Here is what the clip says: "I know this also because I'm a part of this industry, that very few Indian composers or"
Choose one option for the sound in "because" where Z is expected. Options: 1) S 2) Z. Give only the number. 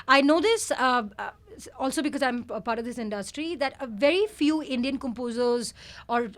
2